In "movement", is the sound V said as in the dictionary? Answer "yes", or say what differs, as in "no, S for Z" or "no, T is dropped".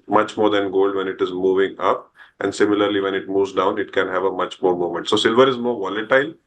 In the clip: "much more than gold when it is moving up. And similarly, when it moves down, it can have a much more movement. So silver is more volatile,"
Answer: no, V is dropped